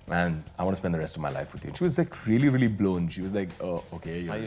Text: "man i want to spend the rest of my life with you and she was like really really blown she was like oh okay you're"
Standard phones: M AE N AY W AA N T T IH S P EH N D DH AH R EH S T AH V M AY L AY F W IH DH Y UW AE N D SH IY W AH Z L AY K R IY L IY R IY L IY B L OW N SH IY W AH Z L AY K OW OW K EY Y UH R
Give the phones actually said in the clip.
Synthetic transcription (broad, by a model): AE N AY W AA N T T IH S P EH N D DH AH R EH S T AH V M AY L AY F W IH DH Y UW N SH IY W AH Z L AY K R IY L IY R IY L IY B L OW N SH IY W AH Z L AY K OW OW K EY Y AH